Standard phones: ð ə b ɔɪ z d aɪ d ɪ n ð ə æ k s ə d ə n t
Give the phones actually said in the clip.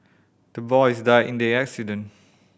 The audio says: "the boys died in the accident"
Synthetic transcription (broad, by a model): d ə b ɔɪ s d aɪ ɪ n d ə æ k s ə d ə n